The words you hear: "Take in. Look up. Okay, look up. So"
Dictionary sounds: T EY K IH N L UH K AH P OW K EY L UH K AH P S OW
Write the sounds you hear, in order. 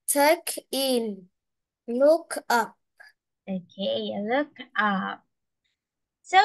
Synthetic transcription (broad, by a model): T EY K IH N L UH K AH P OW K EY L UH K AH P S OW